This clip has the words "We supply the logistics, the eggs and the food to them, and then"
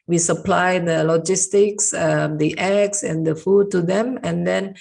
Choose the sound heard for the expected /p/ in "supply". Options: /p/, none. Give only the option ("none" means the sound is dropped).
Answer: /p/